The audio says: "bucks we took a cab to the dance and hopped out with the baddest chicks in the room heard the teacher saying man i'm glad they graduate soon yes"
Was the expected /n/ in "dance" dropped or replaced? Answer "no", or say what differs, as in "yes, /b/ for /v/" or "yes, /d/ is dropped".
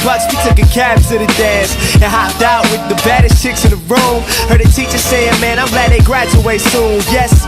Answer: no